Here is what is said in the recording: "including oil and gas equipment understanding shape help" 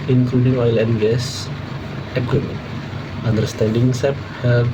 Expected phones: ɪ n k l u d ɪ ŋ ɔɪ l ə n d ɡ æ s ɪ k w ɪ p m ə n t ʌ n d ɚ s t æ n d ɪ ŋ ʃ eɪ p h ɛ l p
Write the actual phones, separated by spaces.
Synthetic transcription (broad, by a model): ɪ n k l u d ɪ ŋ ɔɪ l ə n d ɡ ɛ s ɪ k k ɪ m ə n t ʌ n d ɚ s t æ n d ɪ ŋ s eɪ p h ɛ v